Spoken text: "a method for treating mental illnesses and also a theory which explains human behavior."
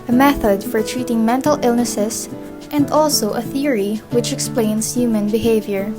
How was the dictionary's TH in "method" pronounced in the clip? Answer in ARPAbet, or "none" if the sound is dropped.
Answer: TH